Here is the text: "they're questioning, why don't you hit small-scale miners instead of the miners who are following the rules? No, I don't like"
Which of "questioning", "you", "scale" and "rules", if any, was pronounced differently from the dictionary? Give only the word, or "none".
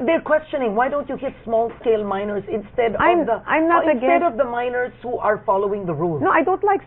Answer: rules